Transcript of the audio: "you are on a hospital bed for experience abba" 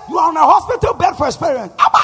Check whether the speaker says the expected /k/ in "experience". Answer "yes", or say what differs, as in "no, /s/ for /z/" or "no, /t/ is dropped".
no, /k/ is dropped